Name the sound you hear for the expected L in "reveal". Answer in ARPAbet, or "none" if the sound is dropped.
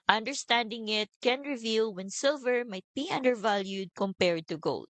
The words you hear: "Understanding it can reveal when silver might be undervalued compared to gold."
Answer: L